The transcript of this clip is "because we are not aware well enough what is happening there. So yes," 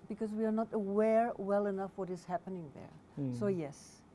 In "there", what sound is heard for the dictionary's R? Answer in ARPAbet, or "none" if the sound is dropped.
R